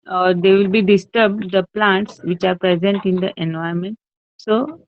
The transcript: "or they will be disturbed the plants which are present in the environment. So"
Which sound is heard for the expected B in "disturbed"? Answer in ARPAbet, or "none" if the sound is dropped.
B